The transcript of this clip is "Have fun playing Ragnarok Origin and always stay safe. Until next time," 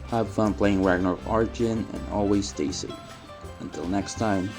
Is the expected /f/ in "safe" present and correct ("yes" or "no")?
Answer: no